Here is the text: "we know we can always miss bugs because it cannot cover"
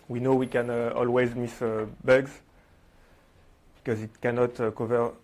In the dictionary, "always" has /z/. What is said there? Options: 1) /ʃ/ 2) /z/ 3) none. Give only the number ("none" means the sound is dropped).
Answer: 2